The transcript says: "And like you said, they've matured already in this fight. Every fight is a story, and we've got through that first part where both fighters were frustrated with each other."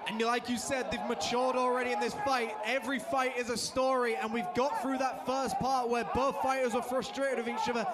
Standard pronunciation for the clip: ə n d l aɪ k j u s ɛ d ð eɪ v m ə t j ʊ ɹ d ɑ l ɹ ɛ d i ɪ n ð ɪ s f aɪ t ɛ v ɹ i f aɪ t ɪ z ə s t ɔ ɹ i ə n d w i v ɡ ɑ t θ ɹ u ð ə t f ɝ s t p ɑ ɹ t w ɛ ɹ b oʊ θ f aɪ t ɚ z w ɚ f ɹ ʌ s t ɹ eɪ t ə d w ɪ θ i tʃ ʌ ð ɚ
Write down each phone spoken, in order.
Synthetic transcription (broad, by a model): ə n l aɪ k j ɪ s ɛ d ð eɪ v m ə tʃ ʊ ɹ d l ɹ ɛ d i ɪ n ð ɪ s f aɪ t ɛ v ɹ i f aɪ t ɪ z ə s t ɔ ɹ i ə n w i v ɡ ɑ t θ ɹ u ð ə t f ɝ s p ɑ ɹ t w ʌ ɹ b oʊ θ f aɪ t ɚ z w ɚ f ɹ ʌ s t ɹ eɪ t ə d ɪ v i tʃ ʌ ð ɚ